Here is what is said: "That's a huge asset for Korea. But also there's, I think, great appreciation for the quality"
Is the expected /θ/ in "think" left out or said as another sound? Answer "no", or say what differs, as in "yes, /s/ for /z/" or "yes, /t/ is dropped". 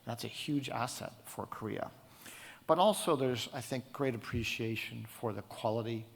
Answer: no